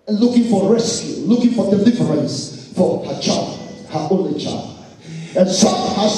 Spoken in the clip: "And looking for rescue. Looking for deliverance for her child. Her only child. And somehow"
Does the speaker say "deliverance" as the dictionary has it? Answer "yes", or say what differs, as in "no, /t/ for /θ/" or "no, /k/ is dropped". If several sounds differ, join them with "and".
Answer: no, /f/ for /v/